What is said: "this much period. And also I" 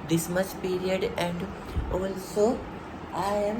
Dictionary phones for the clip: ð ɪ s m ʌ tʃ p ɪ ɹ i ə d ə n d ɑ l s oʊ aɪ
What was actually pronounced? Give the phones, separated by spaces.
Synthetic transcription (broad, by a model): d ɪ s m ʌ s p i ɹ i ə d ə n d ɑ l s oʊ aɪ